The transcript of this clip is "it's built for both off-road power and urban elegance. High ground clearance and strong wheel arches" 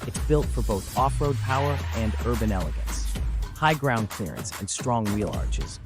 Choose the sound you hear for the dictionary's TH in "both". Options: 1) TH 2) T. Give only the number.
1